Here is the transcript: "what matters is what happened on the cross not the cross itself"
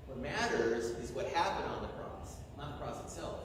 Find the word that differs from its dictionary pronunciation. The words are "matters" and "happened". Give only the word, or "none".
none